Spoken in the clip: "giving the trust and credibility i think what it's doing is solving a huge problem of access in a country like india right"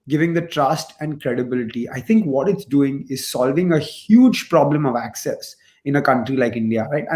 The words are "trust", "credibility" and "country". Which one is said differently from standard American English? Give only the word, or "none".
none